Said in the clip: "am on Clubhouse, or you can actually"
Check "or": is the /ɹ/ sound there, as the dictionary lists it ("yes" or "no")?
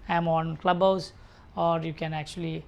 yes